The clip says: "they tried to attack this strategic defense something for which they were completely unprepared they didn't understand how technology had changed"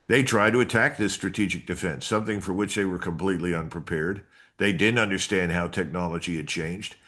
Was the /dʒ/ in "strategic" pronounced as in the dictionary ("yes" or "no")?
yes